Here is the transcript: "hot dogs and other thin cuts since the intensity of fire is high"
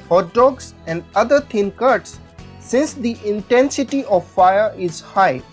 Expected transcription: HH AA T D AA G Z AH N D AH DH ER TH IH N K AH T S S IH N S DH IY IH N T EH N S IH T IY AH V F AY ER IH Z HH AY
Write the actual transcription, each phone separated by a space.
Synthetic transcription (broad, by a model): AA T D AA G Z AH N D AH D ER T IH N K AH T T S IH N S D IY IH N T EH N S IH T IY AH V F AY ER IH Z HH AY